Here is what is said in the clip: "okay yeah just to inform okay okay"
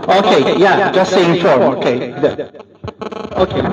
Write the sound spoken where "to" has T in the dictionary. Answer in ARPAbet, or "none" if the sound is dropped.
S